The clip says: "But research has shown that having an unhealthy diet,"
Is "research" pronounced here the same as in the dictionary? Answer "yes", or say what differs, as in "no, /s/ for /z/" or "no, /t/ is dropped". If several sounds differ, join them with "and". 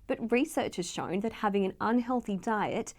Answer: yes